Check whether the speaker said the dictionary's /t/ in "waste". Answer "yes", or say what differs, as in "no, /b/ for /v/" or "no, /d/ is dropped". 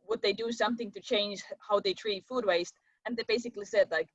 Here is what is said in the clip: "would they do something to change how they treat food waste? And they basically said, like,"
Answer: yes